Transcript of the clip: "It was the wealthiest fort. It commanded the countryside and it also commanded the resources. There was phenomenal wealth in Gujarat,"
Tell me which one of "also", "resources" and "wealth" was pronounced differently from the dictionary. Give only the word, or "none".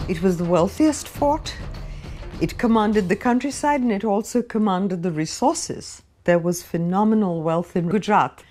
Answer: none